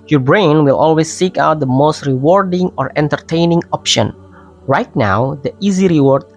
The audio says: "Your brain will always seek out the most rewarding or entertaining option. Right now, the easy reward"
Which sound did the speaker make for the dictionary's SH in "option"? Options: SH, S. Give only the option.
SH